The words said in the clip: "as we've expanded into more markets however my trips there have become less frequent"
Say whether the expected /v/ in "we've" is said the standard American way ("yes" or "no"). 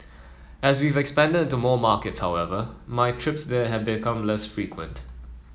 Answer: yes